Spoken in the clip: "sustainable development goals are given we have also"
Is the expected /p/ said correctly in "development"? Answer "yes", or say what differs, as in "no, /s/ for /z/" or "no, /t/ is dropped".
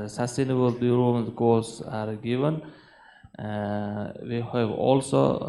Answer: no, /p/ is dropped